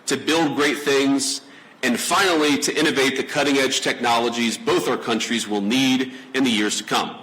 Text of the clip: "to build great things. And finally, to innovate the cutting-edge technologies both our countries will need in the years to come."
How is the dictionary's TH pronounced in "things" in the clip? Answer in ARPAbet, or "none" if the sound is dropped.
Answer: TH